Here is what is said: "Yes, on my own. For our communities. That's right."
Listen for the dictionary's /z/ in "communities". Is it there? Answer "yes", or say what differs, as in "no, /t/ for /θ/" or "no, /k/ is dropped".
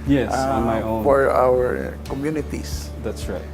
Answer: no, /s/ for /z/